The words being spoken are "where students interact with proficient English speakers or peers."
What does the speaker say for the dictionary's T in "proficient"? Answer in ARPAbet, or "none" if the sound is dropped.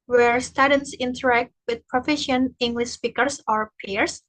none